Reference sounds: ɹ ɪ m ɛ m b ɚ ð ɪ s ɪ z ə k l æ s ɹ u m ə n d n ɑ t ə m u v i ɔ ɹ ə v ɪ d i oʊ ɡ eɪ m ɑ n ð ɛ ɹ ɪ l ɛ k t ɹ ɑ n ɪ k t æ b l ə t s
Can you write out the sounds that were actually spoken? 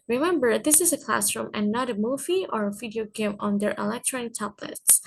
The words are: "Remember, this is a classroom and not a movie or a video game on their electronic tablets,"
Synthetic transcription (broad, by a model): ɹ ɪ m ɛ m b ɚ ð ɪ s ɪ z ə k l æ s ɹ u m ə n n ɑ t ə m u v i ɔ ɹ ə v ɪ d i oʊ ɡ eɪ m ɑ n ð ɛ ɹ ɪ l ɛ k t ɹ ɑ n ɪ k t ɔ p l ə t s